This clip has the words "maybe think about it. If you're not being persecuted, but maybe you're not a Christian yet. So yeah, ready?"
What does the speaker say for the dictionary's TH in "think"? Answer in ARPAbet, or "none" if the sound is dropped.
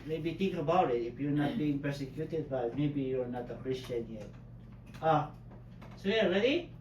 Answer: T